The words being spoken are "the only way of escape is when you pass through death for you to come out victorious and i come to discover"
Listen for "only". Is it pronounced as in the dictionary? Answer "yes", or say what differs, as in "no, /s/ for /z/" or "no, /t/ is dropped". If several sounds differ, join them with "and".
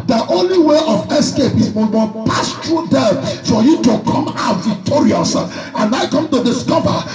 yes